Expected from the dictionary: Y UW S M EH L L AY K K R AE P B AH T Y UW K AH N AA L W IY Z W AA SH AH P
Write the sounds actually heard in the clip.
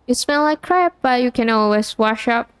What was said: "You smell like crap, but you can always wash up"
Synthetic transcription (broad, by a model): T S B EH N L AY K K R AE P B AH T Y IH K AH N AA L W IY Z W AA SH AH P